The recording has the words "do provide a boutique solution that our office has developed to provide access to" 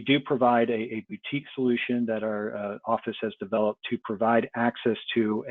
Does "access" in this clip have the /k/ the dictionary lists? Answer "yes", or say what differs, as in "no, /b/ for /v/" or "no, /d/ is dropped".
yes